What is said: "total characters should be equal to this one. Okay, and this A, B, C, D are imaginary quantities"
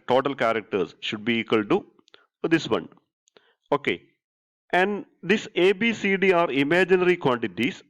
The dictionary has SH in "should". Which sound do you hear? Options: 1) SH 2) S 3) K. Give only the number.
1